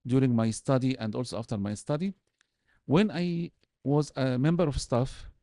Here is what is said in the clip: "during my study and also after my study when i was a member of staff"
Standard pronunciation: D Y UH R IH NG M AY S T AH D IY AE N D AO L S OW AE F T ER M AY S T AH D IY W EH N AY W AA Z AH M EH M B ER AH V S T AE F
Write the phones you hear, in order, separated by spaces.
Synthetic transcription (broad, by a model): D Y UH R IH NG M AY S T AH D IY AE N D AO L S OW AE F T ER M AY S T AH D IY W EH N AY W AA Z AH M EH M B ER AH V S T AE F